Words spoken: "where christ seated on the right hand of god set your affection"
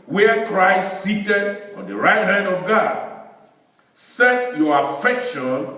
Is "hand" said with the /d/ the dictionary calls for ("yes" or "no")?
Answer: yes